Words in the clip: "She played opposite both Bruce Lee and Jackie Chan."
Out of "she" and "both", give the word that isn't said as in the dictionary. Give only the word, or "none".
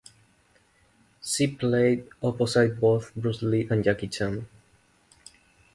she